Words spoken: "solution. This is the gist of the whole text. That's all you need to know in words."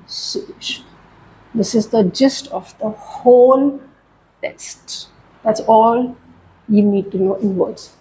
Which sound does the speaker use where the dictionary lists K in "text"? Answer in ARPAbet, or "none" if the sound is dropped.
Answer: none